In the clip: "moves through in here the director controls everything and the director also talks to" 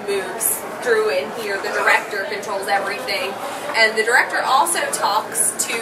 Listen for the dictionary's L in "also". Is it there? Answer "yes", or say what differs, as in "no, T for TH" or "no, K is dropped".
yes